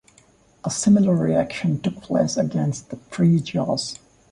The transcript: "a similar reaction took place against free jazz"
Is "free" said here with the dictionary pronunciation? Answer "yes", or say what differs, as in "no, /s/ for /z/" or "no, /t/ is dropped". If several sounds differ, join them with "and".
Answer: no, /p/ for /f/